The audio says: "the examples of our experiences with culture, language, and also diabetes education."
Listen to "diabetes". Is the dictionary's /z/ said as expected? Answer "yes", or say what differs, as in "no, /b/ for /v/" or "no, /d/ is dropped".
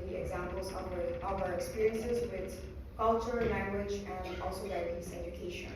no, /s/ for /z/